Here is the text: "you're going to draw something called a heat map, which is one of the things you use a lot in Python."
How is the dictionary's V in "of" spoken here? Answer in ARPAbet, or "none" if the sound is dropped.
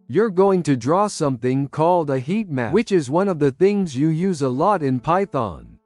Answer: V